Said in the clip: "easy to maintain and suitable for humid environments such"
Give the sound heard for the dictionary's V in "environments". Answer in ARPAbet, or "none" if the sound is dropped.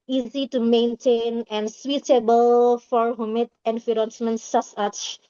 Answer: F